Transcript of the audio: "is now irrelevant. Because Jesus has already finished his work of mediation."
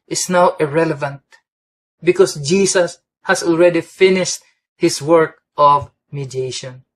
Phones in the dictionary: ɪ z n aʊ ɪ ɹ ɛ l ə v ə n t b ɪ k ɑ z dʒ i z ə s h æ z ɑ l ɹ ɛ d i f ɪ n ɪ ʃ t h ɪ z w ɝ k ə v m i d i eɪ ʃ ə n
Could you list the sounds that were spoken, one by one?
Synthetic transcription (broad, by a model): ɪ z n aʊ ɪ ɹ ɛ l ə v ə n t b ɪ k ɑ s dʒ i s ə s h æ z ɑ l ɹ ɛ d i f ɪ n ɪ ʃ t h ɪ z w ɝ k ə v m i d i eɪ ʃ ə n